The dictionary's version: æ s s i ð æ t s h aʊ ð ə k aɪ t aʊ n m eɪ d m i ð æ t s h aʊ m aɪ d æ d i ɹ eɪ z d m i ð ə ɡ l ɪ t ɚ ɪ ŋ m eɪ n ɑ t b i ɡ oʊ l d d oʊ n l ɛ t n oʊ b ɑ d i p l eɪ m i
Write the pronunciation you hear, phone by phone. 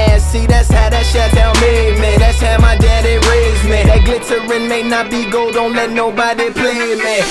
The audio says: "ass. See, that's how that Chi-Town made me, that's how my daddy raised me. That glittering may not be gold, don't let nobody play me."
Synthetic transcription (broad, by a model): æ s s i ð æ t s h aʊ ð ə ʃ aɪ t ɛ l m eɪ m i ð æ t s h aʊ m aɪ d æ d i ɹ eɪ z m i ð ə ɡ l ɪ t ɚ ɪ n m eɪ n ɑ t b i ɡ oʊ l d d oʊ n l ɛ t n oʊ b ɑ d i p l eɪ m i